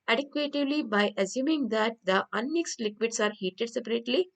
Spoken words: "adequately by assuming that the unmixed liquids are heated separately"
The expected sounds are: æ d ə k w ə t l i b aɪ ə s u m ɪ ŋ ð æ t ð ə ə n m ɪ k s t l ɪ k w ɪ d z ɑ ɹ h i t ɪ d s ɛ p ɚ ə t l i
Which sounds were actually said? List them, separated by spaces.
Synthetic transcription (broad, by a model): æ d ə k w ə t l i b aɪ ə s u m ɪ ŋ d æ t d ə ə n m ɪ k s t l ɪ k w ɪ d s ɑ ɹ h i t ɪ d s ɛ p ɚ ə t l i